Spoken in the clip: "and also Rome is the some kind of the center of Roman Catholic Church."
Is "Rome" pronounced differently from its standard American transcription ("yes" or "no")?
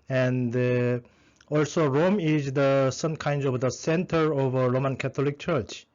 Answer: no